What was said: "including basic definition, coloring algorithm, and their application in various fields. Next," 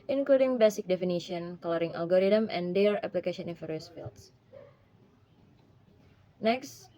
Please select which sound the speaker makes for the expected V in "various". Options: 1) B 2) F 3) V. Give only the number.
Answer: 2